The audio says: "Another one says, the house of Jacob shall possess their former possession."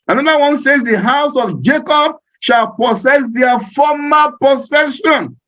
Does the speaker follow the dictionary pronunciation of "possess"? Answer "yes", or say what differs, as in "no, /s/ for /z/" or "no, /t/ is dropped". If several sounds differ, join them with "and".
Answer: no, /s/ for /z/